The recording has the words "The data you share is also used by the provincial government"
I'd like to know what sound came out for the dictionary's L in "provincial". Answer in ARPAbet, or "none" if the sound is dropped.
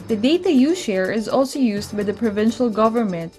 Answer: L